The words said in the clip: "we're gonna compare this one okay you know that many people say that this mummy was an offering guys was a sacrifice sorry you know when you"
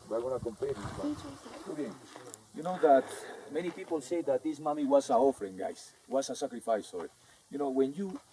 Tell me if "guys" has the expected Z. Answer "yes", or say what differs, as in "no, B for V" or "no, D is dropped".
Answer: no, S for Z